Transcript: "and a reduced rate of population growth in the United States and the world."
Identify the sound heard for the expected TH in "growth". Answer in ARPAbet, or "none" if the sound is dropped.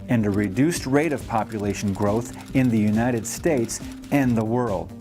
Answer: TH